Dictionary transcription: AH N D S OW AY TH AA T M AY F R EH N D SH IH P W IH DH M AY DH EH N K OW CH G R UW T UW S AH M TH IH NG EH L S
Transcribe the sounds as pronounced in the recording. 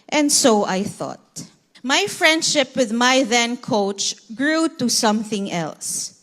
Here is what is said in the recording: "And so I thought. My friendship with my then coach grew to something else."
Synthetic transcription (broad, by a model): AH N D S OW AY TH AA T M AY F R EH N D SH IH P W IH DH M AY DH EH N K OW CH G R UW T UW S AH M TH IH NG EH L S